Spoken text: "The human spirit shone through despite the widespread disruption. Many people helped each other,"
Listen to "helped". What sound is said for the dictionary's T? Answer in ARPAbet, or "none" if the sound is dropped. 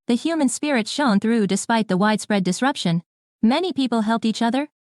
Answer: T